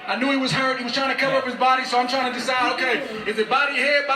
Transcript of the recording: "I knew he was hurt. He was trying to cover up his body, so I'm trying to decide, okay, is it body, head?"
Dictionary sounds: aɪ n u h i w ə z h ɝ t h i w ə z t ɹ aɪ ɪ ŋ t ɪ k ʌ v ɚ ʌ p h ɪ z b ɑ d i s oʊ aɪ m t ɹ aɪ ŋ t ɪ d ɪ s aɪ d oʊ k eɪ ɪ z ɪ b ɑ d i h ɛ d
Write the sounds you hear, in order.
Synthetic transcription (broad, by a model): aɪ n u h i w ə z h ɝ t h i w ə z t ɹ aɪ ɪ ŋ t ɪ k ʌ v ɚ ʌ p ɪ z b ɑ d i s oʊ aɪ m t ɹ aɪ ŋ t ɪ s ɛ ɪ oʊ k eɪ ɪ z ɪ b ɑ d i h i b